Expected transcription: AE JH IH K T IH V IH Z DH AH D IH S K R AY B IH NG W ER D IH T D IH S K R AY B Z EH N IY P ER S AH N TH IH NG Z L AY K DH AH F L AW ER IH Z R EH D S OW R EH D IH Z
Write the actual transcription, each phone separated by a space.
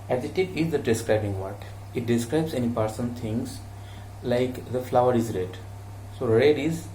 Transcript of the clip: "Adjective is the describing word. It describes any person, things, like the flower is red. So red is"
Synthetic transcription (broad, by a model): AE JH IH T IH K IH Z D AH D IH S K R AY B IH NG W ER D IH T D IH S K R AY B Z EH N IY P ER S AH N T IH NG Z L AY K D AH F L AW ER IH Z R EH D S OW R EH D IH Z